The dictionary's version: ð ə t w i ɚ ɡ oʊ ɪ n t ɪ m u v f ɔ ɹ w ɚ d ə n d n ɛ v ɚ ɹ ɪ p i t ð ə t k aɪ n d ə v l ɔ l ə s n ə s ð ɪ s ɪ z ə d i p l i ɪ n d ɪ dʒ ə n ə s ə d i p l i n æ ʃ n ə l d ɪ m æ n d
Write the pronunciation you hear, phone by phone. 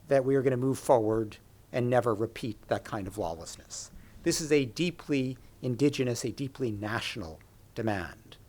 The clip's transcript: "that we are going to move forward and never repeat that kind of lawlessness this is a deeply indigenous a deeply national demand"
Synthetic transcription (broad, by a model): ð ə t w i ɚ ɡ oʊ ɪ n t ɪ m u v f ɔ ɹ w ɚ d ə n n ɛ v ɚ ɹ ɪ p i t ð ə t k aɪ n d ə v l ɔ l ə s n ə s ð ɪ s ɪ z ə d i p l i ɪ n d ɪ dʒ ə n ə s ə d i p l i n æ ʃ n l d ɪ m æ n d